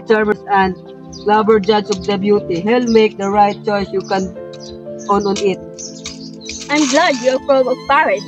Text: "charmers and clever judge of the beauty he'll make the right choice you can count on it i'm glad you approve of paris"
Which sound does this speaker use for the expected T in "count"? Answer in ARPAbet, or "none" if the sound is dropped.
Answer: none